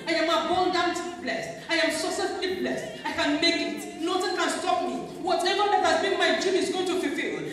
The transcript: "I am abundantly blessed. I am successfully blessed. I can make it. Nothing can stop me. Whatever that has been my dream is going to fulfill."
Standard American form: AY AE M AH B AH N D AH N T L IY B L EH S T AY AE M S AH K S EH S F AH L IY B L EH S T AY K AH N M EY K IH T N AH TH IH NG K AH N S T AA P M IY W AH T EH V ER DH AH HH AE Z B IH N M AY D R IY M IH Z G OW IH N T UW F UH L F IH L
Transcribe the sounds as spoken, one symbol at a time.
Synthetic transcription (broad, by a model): AY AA M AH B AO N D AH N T IY B L EH S T AY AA M S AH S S AH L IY B L EH S T AY K AH N M EY K IH T N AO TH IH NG K AH N S T AA P M IY W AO T EH V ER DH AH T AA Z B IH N M AY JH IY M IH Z G OW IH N T UW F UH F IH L